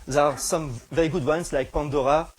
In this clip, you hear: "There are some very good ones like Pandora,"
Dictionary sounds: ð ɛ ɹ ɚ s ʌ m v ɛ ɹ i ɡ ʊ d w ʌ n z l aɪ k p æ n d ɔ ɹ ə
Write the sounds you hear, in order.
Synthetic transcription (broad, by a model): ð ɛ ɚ s ʌ m v ɛ ɹ i ɡ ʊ d w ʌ n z l aɪ k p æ n d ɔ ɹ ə